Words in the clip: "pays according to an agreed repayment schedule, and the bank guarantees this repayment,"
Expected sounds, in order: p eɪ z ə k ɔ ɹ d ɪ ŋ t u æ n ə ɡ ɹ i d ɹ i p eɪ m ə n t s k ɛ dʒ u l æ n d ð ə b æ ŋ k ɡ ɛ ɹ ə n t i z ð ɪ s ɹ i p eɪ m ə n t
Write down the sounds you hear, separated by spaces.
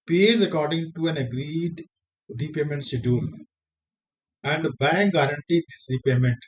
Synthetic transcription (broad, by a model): p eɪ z ə k ɔ ɹ d ɪ ŋ t u æ n ə ɡ ɹ i d ɹ i p eɪ m ə n t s ɪ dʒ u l æ n d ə b æ ŋ k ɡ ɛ ɹ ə n t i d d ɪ s ɹ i p eɪ m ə n t